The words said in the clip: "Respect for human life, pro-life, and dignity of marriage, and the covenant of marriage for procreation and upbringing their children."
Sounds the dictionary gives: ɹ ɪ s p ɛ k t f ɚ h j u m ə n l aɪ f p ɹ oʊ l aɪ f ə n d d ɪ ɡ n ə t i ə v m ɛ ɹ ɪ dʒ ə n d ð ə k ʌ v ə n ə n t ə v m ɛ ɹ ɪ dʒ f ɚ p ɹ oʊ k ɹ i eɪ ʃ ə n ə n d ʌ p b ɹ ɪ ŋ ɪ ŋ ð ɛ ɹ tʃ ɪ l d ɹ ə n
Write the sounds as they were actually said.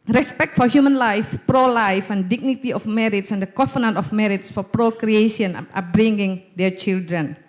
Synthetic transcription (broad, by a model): ɹ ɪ s p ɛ k t f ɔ h j u m ə n l aɪ f p ɹ oʊ l aɪ f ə n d d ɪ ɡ n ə t i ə f m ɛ ɹ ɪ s ə n d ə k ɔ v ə n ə n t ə f m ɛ ɹ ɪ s f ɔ p ɹ oʊ k ɹ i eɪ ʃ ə ə n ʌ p b ɹ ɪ ŋ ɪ ŋ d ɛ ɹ tʃ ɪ l d ɹ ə n